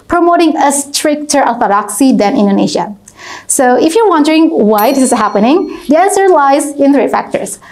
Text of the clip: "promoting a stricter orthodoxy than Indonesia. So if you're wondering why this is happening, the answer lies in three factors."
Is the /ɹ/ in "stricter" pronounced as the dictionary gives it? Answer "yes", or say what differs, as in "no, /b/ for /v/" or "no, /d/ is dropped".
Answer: yes